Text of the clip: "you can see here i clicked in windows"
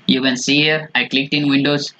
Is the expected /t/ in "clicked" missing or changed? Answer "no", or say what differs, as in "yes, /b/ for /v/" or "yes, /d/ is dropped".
no